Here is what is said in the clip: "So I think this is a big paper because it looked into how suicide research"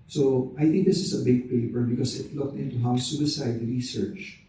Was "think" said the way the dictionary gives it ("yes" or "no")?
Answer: no